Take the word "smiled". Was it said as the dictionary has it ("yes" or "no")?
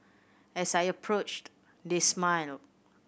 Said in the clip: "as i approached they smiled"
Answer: no